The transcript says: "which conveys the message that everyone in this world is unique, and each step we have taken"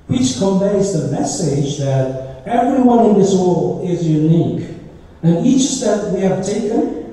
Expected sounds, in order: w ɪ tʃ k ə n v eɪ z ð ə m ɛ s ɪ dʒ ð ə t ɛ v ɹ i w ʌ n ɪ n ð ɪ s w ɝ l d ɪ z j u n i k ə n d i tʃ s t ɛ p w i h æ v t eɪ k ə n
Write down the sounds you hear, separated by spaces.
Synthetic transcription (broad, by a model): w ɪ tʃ k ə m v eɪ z ð ə m ɛ s ɪ dʒ ð ə t ɛ v ɹ i w ʌ n ɪ n ð ɪ s w ɝ l d ɪ z j u n i k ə n i tʃ s t ɛ p w i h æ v t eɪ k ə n